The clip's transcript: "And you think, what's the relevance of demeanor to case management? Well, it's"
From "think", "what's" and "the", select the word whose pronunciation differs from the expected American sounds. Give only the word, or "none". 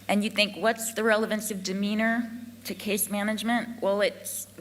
none